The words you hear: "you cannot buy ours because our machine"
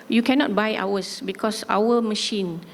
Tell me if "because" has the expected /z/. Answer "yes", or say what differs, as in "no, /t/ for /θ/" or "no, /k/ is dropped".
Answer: no, /s/ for /z/